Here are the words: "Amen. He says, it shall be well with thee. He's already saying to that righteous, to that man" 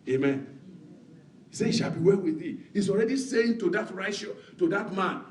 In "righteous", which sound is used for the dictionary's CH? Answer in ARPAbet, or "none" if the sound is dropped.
none